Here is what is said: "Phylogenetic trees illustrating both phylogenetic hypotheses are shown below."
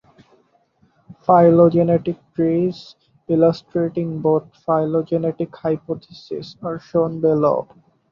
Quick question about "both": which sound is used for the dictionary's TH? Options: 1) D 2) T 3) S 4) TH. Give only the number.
2